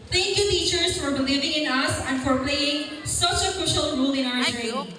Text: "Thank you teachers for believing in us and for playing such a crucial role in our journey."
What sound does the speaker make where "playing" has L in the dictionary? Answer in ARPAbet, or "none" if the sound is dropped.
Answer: none